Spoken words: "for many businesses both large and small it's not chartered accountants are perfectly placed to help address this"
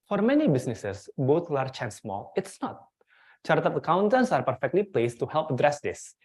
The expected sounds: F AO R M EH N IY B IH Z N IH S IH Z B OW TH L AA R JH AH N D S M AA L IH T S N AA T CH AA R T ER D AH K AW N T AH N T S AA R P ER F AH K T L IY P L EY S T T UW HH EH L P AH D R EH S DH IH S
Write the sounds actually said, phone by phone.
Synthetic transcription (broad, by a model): F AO R M EH N IY B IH S N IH S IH S B OW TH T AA R CH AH N S M AA L IH T S N AA T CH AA R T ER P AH K AW N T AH N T S AA R P ER F AH K T L IY P L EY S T T UW HH EH L P AH D R EH S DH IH S